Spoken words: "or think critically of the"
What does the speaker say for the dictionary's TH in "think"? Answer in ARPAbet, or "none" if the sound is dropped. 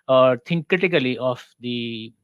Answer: T